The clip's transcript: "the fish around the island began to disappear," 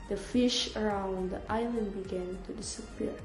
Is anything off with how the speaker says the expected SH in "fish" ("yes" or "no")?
no